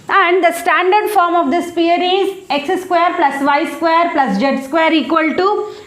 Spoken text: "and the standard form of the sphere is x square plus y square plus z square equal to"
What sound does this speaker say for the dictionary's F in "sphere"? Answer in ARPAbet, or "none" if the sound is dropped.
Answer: P